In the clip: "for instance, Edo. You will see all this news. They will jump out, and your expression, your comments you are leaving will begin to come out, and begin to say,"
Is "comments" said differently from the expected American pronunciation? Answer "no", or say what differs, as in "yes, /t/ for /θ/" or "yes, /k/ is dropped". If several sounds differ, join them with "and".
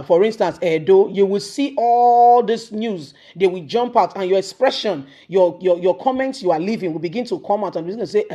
no